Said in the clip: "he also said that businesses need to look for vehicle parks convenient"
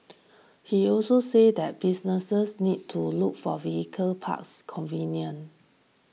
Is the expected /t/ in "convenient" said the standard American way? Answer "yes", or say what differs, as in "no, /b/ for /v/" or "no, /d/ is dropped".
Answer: no, /t/ is dropped